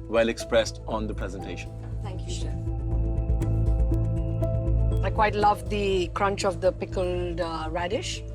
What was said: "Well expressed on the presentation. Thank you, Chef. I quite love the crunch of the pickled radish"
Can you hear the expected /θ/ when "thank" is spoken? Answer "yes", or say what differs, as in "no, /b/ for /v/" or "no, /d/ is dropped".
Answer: no, /t/ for /θ/